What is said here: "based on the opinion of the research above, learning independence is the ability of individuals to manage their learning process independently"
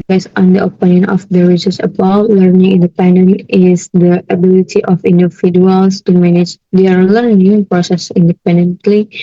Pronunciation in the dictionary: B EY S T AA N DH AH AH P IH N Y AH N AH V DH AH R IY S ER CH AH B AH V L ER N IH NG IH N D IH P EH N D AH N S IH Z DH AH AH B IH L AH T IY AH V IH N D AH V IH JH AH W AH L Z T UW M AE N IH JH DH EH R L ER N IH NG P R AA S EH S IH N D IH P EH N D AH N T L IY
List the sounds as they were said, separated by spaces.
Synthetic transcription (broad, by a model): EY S AA N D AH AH P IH N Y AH N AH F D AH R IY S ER S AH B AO L ER N IH NG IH N D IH P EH N D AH N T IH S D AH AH B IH L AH T IY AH F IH N D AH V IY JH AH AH L S T UW M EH N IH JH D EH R L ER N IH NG P R AA S EH S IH N D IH P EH N D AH N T L IY